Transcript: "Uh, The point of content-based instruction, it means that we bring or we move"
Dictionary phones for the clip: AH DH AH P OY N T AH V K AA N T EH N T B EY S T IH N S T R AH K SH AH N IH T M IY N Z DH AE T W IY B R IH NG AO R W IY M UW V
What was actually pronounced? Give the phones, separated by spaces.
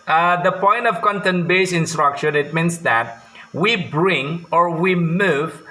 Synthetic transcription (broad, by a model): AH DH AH P OY N T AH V K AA N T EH N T B EY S IH N S T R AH K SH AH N IH T M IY N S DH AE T W IY B R IH NG AO R W IY M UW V